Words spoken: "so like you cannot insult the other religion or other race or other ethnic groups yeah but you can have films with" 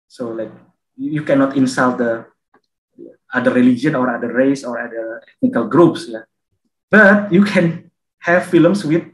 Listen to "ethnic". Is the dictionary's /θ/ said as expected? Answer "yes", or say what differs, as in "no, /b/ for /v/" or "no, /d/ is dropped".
no, /t/ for /θ/